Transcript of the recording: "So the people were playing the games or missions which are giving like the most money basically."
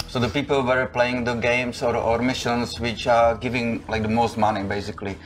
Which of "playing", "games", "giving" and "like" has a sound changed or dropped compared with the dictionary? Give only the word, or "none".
games